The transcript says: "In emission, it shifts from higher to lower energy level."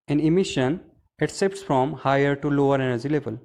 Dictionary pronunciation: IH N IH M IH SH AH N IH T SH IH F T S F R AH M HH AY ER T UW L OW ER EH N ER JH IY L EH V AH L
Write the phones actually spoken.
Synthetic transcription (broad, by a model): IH N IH M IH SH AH N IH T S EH P T S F R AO M HH AY ER T UW L OW ER EH N ER JH IY L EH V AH L